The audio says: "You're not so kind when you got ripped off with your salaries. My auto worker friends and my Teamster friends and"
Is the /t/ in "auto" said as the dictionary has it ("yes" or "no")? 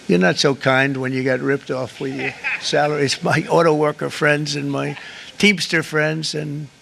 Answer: yes